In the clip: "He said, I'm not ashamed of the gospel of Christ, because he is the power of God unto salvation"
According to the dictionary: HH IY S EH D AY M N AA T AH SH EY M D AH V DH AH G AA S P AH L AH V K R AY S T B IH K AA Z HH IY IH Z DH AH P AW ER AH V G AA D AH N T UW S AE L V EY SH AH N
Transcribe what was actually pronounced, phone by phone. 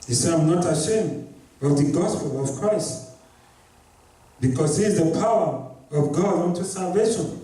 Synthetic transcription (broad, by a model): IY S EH AY M N AA T AH SH EY M D AH V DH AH G AA S P AH L AH V K R AY S T B IH K AA Z HH IY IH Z DH AH P AW ER AH V G AA D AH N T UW S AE L V EY SH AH N